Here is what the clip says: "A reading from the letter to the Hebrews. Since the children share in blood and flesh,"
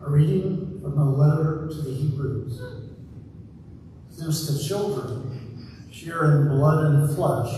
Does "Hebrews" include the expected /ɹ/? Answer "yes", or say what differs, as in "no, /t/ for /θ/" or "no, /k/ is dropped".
yes